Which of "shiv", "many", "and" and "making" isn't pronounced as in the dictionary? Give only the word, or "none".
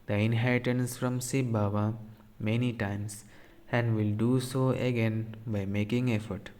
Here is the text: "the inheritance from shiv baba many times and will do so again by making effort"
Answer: shiv